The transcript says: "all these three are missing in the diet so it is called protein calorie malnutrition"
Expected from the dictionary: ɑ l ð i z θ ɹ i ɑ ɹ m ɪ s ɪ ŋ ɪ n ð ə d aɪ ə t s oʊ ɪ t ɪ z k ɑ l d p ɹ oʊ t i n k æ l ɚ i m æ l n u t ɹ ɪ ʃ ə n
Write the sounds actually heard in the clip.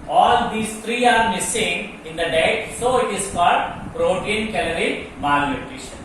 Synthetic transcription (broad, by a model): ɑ l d i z t ɹ i ɑ ɹ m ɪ s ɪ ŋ ɪ n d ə d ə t s oʊ ɪ t ɪ z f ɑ d p ɹ oʊ t i n k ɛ l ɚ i m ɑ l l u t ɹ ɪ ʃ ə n